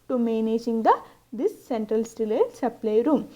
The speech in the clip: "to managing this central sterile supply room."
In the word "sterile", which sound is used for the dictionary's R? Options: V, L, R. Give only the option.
L